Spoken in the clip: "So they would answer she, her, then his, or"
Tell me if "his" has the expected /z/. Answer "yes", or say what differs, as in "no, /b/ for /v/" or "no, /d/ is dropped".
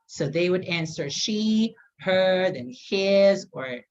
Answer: yes